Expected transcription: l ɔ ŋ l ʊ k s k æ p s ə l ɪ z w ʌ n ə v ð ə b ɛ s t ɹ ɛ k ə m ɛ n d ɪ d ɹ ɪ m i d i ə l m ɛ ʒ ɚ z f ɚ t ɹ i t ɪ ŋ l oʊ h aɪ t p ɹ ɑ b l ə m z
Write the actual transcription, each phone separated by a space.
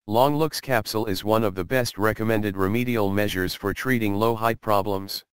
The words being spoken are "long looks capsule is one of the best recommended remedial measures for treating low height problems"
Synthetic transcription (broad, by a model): l ɔ ŋ l ʊ k s k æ p s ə l ɪ z w ʌ n ə v ð ə b ɛ s t ɹ ɛ k ə m ɛ n d ɪ d ɹ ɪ m i d i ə l m ɛ ʒ ɚ z f ɚ t ɹ i t ɪ ŋ l oʊ h aɪ t p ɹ ɑ b l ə m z